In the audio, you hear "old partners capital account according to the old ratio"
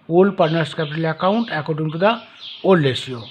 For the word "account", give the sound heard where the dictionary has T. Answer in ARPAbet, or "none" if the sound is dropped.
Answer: T